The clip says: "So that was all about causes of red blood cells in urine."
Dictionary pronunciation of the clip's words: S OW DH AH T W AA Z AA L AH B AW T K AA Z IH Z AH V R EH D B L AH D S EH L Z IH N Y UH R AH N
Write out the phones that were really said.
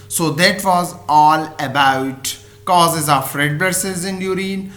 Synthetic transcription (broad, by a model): S OW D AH T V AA Z AA L AH B AW T K AA Z IH Z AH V R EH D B AH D S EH Z IH N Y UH R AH N